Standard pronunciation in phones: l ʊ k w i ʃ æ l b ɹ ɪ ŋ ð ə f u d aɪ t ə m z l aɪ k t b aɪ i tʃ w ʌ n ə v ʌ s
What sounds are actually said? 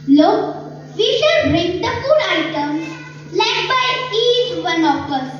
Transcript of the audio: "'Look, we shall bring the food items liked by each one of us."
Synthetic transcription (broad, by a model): l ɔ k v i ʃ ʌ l b ɹ ɪ ŋ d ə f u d aɪ t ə m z l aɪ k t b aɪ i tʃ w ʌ n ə p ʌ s